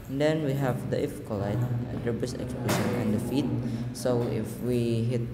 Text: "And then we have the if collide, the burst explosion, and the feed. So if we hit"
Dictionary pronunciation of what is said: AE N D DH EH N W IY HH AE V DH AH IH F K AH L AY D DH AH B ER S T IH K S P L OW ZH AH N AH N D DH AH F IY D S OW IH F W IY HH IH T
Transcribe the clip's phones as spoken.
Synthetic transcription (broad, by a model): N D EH N W IY HH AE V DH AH IH F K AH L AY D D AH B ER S IH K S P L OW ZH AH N AH N D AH F IY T S OW IH F W IY HH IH T